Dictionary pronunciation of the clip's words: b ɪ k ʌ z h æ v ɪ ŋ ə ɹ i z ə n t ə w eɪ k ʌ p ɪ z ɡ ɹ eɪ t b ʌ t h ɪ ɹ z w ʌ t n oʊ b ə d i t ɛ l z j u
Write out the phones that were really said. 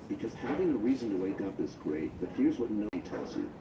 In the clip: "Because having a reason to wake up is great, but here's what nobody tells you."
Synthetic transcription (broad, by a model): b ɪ k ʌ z h æ v ɪ ŋ ə ɹ i z ə n t ə w eɪ k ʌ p ɪ s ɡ ɹ eɪ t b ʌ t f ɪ ɹ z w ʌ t n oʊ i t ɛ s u